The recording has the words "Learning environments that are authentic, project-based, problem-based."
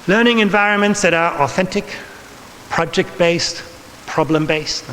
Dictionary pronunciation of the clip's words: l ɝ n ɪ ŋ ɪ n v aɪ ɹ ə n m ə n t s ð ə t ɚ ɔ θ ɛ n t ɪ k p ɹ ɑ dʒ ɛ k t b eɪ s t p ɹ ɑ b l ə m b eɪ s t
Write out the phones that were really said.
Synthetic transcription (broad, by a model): l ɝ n ɪ ŋ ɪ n v aɪ ɹ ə n m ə n t s ð ə t ɚ ɔ θ ɛ n t ɪ k p ɹ ɑ dʒ ɛ k t b eɪ s t p ɹ ɑ b l ə m b eɪ s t